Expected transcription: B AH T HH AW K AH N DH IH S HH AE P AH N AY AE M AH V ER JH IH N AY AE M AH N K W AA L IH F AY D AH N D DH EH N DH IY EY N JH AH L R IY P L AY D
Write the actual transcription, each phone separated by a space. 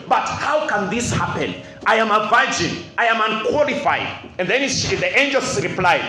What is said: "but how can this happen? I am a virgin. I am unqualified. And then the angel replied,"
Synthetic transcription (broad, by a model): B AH T HH AW K AH N DH IH S HH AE P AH N AY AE M AH V ER JH IH N AY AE M AH N K W AA L IH F AY D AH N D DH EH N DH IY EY N JH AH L R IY P L AY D